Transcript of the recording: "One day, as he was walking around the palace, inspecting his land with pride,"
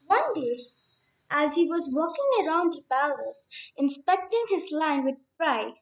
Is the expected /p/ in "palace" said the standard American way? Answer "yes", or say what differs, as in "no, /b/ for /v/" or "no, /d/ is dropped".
no, /b/ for /p/